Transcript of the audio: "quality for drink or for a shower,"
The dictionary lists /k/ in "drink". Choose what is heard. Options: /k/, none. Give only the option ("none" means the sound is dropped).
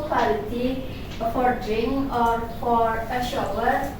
none